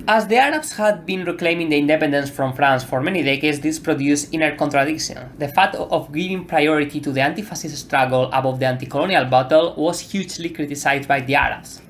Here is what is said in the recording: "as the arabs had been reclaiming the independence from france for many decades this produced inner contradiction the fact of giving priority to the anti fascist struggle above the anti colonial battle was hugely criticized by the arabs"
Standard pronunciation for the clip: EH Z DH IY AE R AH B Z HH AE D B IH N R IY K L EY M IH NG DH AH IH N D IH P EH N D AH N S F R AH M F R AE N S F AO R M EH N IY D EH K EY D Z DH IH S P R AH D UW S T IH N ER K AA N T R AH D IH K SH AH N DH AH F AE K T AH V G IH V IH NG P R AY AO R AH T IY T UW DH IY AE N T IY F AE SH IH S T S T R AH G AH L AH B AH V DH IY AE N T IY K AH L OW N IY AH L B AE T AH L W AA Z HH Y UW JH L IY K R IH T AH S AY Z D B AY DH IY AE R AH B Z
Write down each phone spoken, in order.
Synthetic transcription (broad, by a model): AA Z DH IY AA R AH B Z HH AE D B IH N R IY K L EY M IH NG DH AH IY N D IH P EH N D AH N S F R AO M F R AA N S F AO R M EH N IY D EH K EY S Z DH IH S P R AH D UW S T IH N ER K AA N T R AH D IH K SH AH N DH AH F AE T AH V G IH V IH NG P R AY AO R AH T IY T UW DH IY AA N T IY F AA S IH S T S T R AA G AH L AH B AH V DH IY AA N T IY K AH L OW N IY AH L B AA T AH L W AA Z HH Y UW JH L IY K R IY T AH S AY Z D B AY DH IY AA R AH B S